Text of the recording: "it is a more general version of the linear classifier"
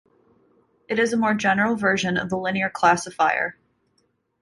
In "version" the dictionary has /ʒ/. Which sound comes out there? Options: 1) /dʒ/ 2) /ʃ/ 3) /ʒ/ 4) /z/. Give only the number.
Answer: 3